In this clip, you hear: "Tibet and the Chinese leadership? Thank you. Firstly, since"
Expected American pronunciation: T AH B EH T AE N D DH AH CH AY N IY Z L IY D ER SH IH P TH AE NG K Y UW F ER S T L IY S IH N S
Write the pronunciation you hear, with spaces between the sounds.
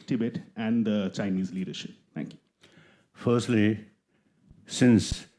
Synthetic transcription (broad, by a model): T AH B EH T AE N D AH CH AY N IY Z L IY D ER SH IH P T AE NG K Y UW F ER S T L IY S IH N S